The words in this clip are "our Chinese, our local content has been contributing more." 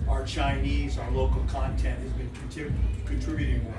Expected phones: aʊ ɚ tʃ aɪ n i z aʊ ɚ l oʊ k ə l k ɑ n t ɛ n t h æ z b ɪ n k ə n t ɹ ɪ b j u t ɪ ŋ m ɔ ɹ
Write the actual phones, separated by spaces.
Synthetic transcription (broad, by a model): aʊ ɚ tʃ aɪ n i z aʊ ɚ l oʊ k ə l k ɑ n t ɛ n t h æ z b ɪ n k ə n t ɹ ɪ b j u t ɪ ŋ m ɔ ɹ